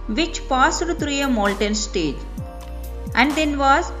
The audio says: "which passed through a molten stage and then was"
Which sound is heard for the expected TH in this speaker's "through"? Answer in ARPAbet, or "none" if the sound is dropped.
T